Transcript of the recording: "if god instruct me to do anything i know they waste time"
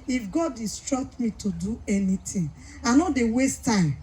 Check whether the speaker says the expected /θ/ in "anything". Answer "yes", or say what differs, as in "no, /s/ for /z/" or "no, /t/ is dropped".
no, /t/ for /θ/